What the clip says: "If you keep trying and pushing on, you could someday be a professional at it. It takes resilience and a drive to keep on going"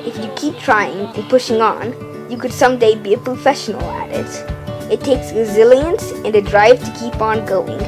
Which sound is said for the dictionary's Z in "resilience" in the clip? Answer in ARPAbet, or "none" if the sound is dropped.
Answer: Z